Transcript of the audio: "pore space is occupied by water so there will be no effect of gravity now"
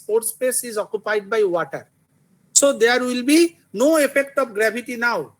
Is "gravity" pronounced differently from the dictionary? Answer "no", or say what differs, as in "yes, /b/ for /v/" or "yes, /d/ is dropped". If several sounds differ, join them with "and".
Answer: yes, /b/ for /v/